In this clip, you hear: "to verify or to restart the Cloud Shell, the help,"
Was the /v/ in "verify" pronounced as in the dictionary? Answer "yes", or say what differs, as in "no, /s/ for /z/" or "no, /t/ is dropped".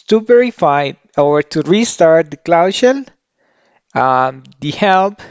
no, /p/ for /v/